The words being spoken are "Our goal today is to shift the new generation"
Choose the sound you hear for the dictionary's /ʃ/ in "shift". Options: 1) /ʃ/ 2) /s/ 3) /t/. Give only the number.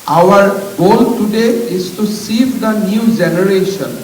2